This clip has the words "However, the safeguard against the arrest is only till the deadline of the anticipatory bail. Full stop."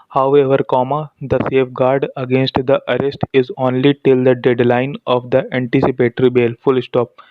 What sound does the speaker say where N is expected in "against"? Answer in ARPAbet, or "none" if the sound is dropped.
N